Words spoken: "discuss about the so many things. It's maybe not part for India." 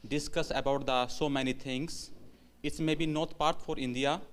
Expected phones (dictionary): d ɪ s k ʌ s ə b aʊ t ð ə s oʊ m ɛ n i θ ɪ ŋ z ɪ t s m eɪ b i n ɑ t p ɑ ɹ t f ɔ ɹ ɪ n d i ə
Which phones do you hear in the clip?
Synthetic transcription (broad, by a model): d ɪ s k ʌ s ə b aʊ t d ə s oʊ m ɛ n i t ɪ ŋ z ɪ t s m eɪ b i n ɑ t p ɑ ɹ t f ɔ ɹ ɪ n d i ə